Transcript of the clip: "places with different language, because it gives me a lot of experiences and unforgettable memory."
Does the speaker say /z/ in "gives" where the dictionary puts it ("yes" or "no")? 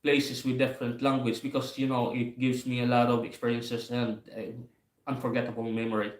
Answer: no